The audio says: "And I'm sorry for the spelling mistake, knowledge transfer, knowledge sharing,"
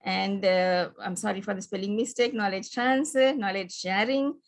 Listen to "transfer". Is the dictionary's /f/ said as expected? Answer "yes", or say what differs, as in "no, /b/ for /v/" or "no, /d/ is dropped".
no, /f/ is dropped